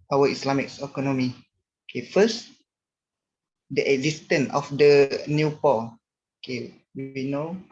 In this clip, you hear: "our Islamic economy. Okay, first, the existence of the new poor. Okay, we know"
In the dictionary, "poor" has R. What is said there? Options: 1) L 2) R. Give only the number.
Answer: 1